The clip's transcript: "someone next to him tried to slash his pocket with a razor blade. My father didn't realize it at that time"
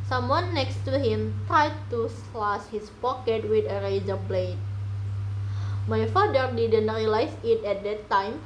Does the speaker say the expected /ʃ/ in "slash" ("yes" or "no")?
no